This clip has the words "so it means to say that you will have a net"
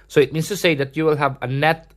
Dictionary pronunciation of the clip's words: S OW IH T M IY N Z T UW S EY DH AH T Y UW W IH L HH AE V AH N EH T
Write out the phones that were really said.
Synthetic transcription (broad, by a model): S OW IH T M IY N S T UW S EY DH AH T Y UW W IH L HH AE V AH N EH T